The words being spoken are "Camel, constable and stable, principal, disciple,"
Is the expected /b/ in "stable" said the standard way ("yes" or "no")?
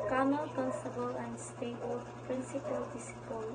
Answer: no